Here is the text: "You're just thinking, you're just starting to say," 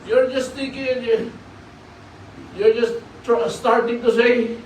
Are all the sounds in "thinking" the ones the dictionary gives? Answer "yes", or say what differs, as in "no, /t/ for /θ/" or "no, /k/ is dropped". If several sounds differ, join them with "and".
no, /t/ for /θ/ and /ŋ/ is dropped